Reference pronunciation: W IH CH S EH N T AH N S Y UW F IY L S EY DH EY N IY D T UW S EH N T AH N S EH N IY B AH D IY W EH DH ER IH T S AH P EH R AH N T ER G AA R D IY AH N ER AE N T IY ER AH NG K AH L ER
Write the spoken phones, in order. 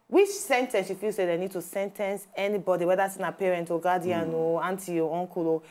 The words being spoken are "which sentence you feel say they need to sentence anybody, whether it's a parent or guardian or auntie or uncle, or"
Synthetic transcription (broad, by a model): W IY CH S EH N T AH N S Y UW F IY L S EY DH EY N IY D T UW S EH N T AH N S EH N IY B AH D IY W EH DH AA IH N AH P EH R AH N T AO G AA D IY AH N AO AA N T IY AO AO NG K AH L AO